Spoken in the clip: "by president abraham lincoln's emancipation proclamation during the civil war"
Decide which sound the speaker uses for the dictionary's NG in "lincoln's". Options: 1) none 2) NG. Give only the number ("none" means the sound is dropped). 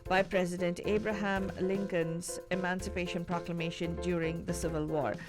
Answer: 2